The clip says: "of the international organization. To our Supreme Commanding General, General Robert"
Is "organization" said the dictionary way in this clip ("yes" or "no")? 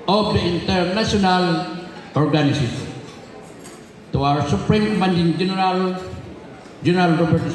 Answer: no